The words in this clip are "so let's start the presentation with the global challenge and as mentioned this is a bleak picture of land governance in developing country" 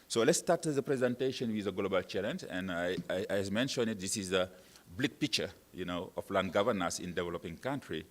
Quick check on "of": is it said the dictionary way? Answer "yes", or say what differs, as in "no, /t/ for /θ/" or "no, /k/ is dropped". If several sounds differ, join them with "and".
no, /f/ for /v/